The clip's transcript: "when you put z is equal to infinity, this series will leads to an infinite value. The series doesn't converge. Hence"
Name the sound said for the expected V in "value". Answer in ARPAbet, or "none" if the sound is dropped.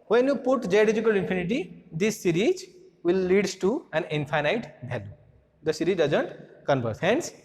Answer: B